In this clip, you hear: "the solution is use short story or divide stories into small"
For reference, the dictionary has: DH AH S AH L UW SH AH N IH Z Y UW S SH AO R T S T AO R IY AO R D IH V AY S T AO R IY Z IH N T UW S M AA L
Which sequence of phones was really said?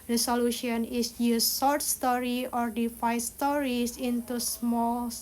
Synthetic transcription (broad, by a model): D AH S AH L UW SH AH N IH S Y UW S S AO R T S T AO R IY AO R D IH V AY S T AO R IY S IH N T UW S M AA L